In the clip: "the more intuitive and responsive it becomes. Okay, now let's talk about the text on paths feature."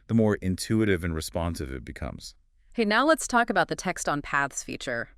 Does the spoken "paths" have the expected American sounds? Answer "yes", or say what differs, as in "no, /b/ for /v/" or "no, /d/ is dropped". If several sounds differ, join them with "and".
yes